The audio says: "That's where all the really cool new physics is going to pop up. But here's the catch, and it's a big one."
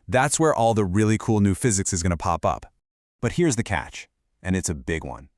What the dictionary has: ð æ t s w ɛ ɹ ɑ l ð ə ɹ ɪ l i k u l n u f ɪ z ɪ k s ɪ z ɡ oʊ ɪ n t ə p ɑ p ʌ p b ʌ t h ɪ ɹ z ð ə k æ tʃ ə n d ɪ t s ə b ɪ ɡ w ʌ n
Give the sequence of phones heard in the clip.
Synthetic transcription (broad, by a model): ð æ t s w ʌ ɹ ɑ l ð ə ɹ ɪ l i k u l n u f ɪ z ɪ k s ɪ z ɡ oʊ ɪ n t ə p ɑ p ʌ p b ʌ t h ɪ ɹ z ð ə k æ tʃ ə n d ɪ t s ə b ɪ ɡ w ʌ n